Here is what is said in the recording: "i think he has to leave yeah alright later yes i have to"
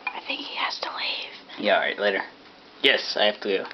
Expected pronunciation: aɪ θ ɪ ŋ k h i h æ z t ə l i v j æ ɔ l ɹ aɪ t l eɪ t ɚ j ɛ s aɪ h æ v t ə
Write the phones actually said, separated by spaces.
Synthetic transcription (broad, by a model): aɪ θ ɪ ŋ k h i h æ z t ə l i v j æ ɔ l ɹ aɪ t l eɪ t ɚ j ɛ s aɪ h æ f t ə